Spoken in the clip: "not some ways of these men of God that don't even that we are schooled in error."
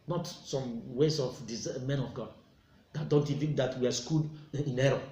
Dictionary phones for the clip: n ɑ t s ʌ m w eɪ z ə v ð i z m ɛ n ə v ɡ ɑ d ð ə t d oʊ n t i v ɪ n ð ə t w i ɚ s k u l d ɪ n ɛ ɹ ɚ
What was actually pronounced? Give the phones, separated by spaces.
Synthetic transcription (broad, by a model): n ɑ t s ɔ m w eɪ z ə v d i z m ɛ n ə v ɡ ɑ d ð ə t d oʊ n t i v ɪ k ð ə t w i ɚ s k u d ɪ n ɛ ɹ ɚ